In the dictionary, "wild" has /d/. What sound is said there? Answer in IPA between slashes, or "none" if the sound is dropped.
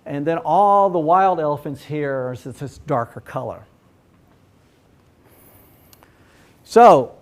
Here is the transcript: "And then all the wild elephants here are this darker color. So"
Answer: /d/